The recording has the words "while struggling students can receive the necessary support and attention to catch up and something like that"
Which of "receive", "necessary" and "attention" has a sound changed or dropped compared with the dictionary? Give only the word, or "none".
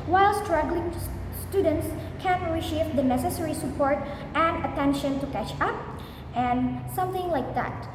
receive